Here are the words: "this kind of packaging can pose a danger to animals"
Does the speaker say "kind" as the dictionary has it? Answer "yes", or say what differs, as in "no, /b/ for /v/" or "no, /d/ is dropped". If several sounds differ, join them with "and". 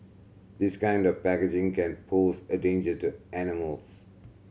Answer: yes